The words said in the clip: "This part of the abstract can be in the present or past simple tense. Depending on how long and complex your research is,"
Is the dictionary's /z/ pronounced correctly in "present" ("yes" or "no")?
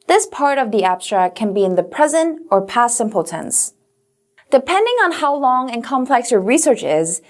yes